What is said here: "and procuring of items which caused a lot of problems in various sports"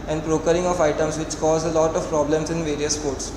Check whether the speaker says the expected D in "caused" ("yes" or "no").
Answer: no